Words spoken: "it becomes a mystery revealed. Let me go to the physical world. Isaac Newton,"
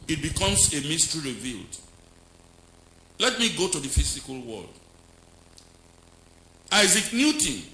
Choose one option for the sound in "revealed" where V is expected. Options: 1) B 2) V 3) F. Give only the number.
2